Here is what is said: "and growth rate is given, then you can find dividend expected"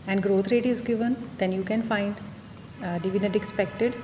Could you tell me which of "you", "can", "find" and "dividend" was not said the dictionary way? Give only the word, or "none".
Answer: dividend